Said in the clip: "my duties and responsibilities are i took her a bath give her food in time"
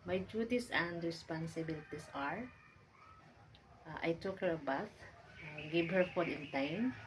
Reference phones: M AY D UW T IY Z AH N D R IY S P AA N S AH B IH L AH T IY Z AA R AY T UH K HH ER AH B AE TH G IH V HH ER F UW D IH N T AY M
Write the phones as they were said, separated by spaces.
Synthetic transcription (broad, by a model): M AY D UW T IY S AH N D R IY S P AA N S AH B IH L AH T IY S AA R AY T UH K HH ER AH B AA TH G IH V HH ER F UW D IH N T AY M